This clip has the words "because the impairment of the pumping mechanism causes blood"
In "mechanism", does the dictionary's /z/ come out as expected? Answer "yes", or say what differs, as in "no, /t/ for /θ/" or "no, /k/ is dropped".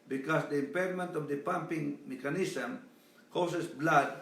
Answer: no, /s/ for /z/